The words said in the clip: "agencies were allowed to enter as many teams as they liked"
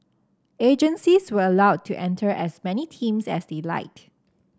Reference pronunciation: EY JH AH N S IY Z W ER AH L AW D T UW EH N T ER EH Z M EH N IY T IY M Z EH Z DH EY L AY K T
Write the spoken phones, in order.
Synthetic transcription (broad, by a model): EY JH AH N S IY S W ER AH L AW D T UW EH N T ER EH S M EH N IY T IY M S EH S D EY L AY T